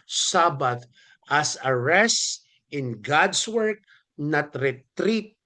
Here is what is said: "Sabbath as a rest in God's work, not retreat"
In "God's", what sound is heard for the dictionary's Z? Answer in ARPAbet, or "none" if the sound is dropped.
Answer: S